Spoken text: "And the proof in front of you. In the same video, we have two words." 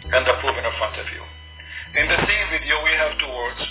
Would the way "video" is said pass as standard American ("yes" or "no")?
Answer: yes